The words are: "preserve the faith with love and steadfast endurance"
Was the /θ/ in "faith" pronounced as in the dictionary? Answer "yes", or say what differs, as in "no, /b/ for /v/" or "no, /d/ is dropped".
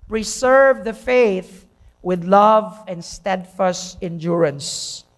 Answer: yes